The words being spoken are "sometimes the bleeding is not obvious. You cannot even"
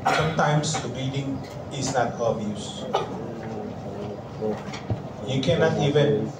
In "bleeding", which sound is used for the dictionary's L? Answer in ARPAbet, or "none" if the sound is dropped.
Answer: none